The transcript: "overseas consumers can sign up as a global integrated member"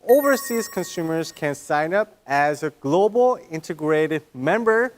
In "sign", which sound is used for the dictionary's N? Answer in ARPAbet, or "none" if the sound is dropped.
N